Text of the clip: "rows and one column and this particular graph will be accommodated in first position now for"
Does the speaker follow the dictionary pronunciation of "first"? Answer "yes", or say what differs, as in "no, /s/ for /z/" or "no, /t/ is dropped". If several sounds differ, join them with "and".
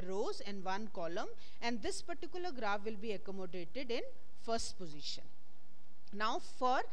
yes